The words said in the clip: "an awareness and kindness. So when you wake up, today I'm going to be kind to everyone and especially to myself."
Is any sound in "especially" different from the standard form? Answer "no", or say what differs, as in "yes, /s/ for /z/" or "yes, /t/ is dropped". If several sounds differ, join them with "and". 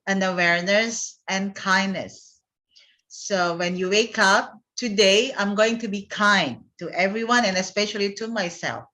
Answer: no